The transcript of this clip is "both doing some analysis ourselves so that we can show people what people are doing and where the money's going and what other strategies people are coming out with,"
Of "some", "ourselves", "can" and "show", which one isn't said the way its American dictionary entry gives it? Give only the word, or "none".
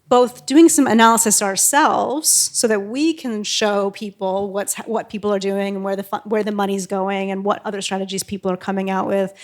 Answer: none